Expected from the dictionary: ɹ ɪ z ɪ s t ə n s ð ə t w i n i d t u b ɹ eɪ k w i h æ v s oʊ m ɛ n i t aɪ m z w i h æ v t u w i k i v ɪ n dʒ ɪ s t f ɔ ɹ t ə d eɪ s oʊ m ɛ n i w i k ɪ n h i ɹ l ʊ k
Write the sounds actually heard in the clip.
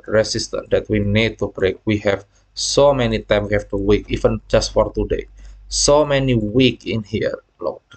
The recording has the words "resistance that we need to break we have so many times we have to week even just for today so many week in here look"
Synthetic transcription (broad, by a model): ɹ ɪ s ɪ s t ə n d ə t w i n i d t u b ɹ eɪ k w i h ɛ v s oʊ m ɛ n i t aɪ m w i h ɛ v t u w i k i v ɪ n dʒ ɪ s t f ɔ ɹ t ə d eɪ s oʊ m ɛ n i w i k ɪ n h i ɹ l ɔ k